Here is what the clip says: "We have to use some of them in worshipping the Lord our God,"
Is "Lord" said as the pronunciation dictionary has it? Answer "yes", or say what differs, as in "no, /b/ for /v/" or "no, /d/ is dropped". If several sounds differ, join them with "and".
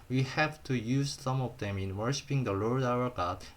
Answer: yes